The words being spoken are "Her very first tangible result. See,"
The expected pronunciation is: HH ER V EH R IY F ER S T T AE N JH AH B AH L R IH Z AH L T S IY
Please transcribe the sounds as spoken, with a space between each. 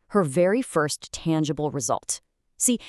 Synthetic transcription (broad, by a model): HH ER V EH R IY F ER S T T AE N JH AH B L R IH Z AH L T S IY